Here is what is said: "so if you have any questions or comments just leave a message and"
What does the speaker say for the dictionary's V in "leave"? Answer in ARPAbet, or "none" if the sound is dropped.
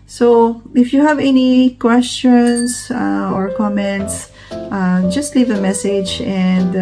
V